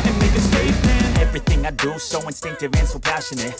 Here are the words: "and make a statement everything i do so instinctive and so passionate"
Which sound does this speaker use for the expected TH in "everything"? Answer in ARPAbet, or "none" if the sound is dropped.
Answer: TH